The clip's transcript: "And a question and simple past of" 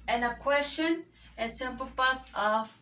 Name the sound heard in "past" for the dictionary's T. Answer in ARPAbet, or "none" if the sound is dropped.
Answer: none